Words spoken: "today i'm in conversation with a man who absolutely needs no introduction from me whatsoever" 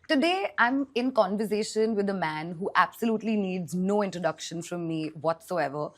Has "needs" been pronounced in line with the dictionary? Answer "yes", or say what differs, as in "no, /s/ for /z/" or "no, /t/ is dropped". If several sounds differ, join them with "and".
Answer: yes